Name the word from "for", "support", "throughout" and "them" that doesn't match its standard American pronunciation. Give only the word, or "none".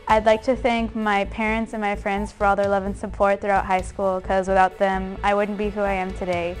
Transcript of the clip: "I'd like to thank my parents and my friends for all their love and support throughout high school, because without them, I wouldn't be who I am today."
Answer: none